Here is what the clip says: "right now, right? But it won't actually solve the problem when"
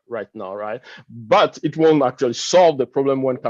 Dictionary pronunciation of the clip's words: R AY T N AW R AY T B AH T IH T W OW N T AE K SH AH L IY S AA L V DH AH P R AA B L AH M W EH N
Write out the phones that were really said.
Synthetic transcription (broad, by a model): R AY T N AW R AY T B AH T IH T W OW N T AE K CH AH L IY S AA L V DH AH P R AA B L AH M W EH N